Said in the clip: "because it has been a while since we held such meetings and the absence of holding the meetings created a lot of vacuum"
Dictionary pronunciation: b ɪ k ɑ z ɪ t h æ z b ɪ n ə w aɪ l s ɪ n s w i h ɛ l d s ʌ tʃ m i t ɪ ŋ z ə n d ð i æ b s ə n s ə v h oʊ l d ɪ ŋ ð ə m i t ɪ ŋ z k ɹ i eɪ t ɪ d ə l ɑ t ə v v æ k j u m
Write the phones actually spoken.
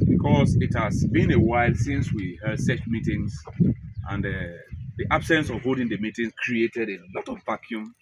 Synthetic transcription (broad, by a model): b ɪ k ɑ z ɪ t h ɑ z b ɪ n ə w aɪ l s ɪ n s w i h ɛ d s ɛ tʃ m i t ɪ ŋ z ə n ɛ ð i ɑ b s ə n s ə v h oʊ d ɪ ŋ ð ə m i t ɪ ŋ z k ɹ i eɪ t ɪ d ə l ɑ t ə v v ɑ k j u m